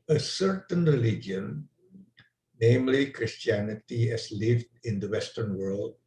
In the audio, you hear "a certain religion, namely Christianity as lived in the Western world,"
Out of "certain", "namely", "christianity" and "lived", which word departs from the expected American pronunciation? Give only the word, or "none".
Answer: none